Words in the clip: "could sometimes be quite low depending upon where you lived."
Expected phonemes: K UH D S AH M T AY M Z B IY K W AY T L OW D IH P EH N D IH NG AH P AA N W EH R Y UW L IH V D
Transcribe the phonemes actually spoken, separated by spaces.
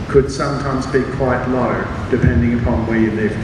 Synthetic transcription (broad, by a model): K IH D S AH M T AY M Z B IY K W AY T L OW D IH P EH N D IH NG AH P AA N W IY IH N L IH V